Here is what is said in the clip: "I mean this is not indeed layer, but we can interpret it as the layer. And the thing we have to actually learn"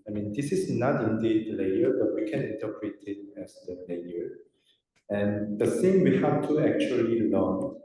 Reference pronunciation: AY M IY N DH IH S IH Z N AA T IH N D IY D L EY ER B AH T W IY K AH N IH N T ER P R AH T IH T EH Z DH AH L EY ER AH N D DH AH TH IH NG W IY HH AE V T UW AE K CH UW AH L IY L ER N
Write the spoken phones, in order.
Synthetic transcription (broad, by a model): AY M IY N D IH S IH S N AA T IH N D IY D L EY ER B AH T W IY K AH N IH N T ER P R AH T IH T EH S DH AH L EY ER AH N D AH S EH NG W IY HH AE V T UW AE K CH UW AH L IY L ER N